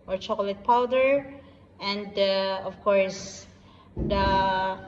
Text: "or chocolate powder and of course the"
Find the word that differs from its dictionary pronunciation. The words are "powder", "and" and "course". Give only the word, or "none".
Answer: none